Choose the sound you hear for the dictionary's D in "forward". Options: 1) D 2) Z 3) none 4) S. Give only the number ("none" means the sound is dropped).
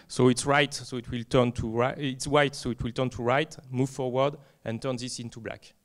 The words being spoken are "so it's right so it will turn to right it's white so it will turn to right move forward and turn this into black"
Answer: 1